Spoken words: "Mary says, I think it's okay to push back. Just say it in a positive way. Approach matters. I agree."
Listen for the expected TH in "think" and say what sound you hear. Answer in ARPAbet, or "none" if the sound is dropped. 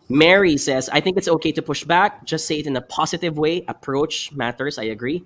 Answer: TH